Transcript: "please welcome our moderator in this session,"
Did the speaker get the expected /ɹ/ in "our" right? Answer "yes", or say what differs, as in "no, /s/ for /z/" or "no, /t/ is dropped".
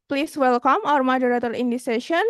yes